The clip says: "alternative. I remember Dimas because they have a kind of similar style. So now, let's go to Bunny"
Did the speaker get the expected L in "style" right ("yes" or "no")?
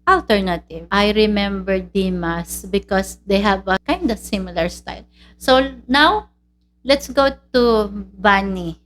yes